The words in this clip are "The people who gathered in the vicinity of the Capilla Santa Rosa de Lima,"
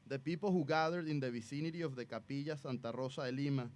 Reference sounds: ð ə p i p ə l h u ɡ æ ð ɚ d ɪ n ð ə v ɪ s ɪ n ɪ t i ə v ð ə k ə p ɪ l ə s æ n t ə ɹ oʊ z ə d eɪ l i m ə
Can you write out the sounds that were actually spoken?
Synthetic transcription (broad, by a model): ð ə p i p ə l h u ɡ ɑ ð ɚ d ɪ n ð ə b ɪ s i n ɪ t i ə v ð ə k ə p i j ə s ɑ n t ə ɹ oʊ s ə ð eɪ l i m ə